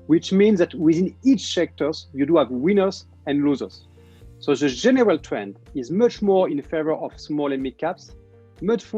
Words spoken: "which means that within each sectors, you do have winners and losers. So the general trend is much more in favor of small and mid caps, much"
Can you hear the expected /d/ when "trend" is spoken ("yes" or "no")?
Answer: yes